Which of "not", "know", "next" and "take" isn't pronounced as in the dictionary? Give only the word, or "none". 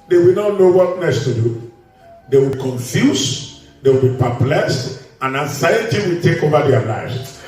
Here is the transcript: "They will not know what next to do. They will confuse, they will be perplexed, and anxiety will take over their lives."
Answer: next